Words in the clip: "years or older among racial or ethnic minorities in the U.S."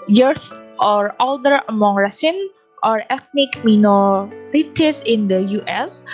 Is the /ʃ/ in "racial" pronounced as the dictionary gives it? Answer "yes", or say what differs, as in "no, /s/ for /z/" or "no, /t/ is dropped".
no, /s/ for /ʃ/